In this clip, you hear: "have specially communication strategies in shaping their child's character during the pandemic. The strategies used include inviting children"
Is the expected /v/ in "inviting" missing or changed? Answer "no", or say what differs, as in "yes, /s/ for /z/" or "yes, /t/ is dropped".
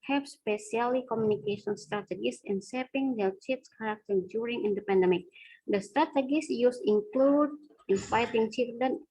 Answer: yes, /f/ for /v/